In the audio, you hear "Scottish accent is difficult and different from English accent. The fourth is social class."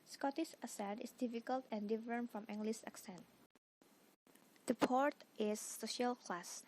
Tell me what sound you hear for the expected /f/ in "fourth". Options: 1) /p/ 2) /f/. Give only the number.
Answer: 1